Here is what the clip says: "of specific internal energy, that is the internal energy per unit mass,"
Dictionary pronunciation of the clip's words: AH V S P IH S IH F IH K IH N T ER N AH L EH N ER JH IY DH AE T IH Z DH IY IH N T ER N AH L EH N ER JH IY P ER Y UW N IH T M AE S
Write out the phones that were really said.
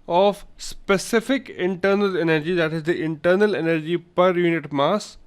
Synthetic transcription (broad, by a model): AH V S P IH S IH F IH K IH N T ER N AH L EH N ER JH IY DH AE T IH Z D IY IH N T ER N AH L EH N ER JH IY P ER Y UW N IH T M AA S